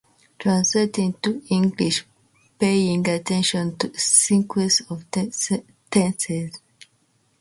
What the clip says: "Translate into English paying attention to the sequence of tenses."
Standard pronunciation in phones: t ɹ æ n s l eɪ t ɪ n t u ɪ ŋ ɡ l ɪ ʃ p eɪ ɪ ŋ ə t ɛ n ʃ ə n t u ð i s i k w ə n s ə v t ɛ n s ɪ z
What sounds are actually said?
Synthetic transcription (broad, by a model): t ɹ æ n s l eɪ t ɪ n t u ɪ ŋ ɡ l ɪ ʃ p eɪ ɪ ŋ ə t ɛ n ʃ ə n t u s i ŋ k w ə s ə v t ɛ n s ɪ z